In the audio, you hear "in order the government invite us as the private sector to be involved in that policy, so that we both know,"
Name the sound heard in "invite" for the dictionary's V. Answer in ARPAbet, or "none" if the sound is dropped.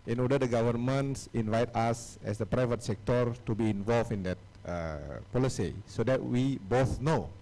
V